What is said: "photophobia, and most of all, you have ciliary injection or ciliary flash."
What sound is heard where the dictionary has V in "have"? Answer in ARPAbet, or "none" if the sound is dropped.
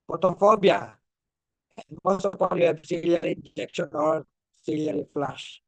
B